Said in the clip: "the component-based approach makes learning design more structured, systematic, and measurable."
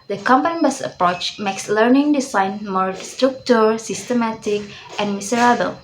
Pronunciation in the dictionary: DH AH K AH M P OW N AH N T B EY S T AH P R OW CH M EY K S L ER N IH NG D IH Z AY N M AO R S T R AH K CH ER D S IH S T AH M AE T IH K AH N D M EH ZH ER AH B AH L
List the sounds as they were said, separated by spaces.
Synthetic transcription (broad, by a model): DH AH K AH M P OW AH N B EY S AH P R OW CH M EY K S L ER N IH NG D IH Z AY N M AO R S T R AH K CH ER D S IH S T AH M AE T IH K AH N M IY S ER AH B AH L